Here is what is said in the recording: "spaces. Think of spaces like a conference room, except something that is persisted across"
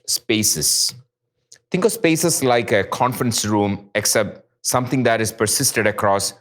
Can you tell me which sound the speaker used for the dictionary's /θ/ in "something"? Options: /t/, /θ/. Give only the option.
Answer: /t/